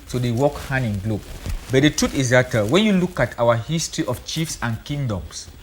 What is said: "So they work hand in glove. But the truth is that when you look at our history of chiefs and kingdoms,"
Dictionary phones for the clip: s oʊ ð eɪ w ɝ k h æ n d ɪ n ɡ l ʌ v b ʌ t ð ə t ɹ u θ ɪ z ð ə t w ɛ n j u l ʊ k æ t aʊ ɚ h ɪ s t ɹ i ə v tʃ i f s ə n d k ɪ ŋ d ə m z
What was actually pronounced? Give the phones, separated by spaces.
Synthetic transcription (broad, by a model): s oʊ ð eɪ w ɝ k h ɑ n ɪ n ɡ l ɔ b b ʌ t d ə t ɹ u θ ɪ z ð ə t w ɛ n j u l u k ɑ t aʊ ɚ h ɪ s t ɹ i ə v tʃ i f s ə n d k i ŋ d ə m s